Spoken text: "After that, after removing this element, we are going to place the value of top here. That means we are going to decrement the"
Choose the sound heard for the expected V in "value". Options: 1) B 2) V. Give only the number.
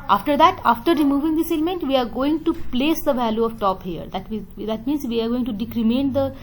2